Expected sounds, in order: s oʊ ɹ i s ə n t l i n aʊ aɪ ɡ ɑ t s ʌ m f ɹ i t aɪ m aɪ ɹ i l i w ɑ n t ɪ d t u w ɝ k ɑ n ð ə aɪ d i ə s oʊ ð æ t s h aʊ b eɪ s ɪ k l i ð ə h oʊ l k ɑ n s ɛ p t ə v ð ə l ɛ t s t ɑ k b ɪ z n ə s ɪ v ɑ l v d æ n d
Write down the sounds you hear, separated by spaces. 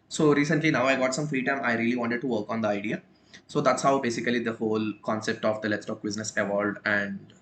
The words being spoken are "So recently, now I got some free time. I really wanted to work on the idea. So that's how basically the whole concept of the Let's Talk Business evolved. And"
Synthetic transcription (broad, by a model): s oʊ ɹ i s ə n t l i n aʊ aɪ ɡ ɑ t s ʌ m f ɹ i t aɪ m aɪ ɹ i l i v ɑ n t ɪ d t u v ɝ k ɑ n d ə aɪ d i ə s oʊ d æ t s h aʊ b eɪ s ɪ k l i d ə h oʊ l k ɑ n s ɛ p t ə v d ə l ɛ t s t ɑ k b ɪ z n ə s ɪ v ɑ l d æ n d